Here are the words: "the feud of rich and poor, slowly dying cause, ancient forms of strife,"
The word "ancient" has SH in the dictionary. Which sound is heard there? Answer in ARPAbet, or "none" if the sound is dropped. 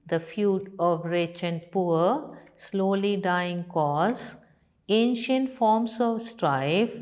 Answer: SH